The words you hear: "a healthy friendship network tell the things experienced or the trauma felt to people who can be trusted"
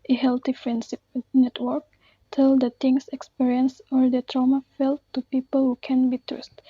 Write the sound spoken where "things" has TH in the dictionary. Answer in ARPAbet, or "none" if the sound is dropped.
T